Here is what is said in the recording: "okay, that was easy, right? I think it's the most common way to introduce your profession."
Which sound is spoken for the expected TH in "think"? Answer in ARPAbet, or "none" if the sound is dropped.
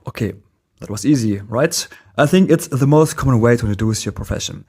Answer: TH